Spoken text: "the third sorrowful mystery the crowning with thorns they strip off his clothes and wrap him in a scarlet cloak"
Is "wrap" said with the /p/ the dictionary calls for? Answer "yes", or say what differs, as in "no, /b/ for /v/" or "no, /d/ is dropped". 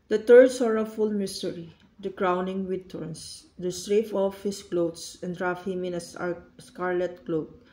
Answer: no, /f/ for /p/